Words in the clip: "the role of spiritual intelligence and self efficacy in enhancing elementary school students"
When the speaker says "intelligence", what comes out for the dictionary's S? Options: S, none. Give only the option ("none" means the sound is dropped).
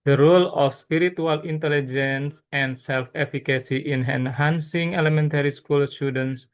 S